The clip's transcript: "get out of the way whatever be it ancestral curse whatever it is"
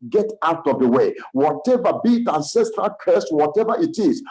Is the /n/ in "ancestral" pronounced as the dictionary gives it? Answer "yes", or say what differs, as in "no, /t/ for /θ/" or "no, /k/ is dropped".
yes